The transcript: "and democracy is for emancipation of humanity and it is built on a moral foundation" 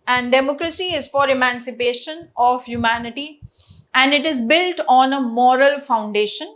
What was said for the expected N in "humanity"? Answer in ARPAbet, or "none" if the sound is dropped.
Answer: N